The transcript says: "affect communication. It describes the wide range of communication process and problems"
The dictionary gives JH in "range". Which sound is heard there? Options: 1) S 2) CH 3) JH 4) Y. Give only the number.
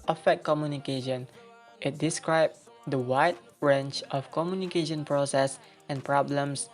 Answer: 2